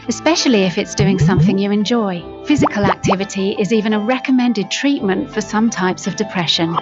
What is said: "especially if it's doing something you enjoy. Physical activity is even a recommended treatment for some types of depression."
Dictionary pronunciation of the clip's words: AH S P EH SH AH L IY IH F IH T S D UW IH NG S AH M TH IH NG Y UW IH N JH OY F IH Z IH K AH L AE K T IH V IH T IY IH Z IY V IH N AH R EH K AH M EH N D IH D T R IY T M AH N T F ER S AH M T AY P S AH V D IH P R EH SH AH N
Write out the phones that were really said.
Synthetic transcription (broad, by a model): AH S P EH SH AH L IY IH F IH T S D UW IH NG S AH M TH IH NG Y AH IH N JH OY F IH Z IH K AH L AE K T IH V IH T IY IH Z IY V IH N AH R EH K AH M EH N D IH D T R IY T M AH N T F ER S AH M T AY P S AH V D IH P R EH SH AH N